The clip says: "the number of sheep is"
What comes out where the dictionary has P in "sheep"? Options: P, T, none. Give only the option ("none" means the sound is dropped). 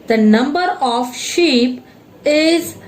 P